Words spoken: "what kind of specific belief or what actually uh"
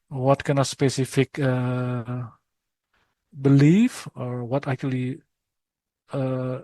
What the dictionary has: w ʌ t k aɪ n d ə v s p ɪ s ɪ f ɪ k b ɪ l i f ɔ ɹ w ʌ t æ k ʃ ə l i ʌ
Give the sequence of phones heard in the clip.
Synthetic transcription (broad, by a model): w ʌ t k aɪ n ə s p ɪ s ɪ f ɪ k b ɪ l i f ɔ ɹ w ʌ t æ k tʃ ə l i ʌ